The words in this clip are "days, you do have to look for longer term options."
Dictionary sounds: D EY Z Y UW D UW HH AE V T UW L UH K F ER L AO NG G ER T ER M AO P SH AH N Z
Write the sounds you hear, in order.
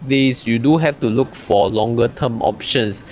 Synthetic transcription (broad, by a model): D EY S Y UW D UW HH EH F T UW L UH K F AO L AO NG G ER T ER M AO P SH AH N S